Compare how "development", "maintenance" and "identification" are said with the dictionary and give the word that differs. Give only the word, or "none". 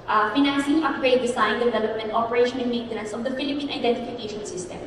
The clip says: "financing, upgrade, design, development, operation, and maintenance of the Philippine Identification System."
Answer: none